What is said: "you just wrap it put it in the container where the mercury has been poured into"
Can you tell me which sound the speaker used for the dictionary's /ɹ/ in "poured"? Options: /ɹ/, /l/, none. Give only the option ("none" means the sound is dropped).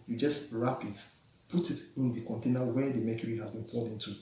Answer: /l/